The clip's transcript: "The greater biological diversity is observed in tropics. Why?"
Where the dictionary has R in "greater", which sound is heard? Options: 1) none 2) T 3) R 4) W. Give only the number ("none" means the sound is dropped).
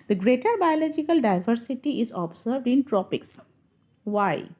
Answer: 3